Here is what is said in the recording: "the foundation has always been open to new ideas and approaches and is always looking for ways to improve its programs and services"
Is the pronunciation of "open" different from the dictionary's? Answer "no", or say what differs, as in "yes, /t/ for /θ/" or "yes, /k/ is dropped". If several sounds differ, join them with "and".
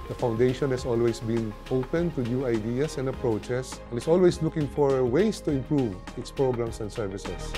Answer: no